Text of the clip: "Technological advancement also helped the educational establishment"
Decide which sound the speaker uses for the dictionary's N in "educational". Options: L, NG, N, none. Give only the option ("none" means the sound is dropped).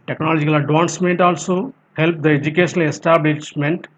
none